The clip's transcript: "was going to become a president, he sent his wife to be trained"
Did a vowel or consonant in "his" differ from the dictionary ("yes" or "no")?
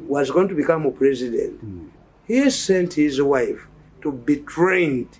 no